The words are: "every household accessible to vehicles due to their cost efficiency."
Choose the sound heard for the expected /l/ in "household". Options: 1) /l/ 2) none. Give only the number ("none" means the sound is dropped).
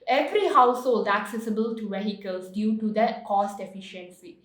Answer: 1